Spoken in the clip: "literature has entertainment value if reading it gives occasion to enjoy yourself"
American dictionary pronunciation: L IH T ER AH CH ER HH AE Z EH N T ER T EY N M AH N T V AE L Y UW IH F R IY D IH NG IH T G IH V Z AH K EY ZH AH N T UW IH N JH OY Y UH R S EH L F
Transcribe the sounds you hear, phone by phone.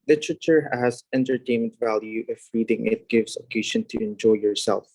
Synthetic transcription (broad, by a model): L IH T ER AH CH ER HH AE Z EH N T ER T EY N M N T V AE L Y UW IH F R IY D IH NG IH T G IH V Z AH K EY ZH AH N T UW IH N JH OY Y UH R S EH L F